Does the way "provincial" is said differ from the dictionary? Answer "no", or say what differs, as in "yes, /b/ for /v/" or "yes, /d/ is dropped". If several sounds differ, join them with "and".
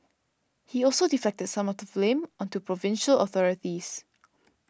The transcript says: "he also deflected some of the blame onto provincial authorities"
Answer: no